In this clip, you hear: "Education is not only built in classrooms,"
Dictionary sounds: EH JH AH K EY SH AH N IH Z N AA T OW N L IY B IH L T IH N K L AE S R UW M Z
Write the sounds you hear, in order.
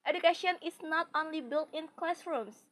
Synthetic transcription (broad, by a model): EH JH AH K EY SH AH N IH S N AA T OW N L IY B IH L T IH N K L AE S R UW M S